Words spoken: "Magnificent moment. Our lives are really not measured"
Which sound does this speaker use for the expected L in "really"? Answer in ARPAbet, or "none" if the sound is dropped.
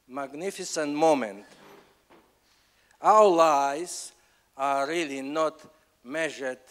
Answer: L